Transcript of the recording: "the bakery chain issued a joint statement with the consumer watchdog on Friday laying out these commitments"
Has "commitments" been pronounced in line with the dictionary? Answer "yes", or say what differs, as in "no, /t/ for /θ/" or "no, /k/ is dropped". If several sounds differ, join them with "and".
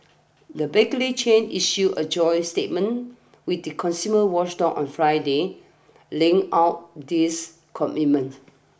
no, /s/ is dropped